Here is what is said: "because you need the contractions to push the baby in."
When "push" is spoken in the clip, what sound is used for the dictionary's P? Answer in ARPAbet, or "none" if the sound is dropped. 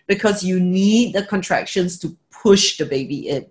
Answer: P